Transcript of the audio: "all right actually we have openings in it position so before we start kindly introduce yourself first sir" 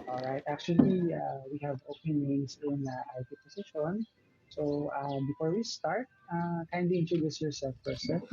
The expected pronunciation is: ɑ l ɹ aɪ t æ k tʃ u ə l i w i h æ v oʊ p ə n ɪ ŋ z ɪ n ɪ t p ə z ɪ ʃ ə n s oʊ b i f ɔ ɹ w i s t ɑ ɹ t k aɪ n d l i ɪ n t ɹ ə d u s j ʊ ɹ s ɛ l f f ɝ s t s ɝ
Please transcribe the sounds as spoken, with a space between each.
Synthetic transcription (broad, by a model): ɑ l ɹ aɪ t æ k tʃ u ə l i w i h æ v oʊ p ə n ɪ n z ɪ n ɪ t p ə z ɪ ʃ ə n s oʊ b i f ɔ ɹ w i s t ɑ ɹ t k aɪ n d i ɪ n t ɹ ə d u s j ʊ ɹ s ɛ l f p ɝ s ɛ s